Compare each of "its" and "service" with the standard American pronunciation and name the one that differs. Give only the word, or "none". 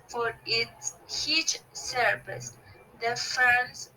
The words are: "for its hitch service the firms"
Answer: service